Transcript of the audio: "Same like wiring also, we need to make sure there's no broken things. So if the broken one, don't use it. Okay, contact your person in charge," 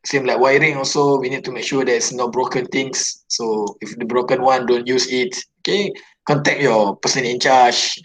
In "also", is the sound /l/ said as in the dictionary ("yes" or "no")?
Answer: yes